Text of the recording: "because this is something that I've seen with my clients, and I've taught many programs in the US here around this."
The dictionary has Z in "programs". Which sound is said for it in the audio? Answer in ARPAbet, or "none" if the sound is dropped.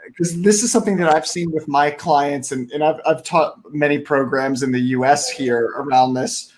Z